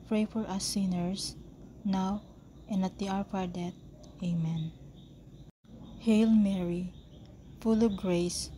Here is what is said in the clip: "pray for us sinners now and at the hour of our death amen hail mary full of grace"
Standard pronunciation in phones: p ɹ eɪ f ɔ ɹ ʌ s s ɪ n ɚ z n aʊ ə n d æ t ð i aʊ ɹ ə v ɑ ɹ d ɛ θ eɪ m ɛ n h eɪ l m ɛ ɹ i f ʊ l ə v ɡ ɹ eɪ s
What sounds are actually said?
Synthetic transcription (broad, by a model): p ɹ eɪ f ɔ ɹ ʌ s s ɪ n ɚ s n aʊ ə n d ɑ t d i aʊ ɹ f ɑ ɹ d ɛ t eɪ m ɛ n h eɪ l m ɛ ɹ i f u l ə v ɡ ɹ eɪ s